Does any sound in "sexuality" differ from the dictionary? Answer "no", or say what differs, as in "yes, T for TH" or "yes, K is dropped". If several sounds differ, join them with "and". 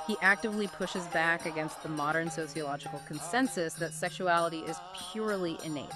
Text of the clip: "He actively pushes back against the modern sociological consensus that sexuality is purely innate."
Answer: no